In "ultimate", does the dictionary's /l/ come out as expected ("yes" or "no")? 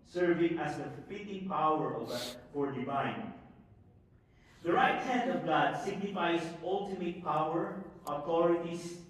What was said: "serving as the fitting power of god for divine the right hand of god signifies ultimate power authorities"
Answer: yes